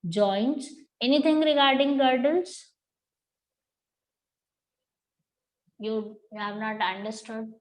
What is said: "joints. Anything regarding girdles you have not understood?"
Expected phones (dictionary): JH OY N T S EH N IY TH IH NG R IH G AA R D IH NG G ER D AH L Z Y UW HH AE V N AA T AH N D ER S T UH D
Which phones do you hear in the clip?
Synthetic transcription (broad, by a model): JH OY N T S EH N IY T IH NG R IH G AA R D IH NG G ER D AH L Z Y UW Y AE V N AA T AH N D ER S T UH D